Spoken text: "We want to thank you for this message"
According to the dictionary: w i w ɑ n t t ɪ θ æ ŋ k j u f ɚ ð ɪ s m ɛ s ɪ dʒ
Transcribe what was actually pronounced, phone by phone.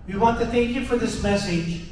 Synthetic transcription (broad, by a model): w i w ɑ n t t ɪ θ æ ŋ k j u f ɚ ð ɪ s m ɛ s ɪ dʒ